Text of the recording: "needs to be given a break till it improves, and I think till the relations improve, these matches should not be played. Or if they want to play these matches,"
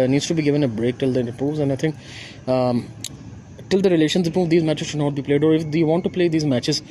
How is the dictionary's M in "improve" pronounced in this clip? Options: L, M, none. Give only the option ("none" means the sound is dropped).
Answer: none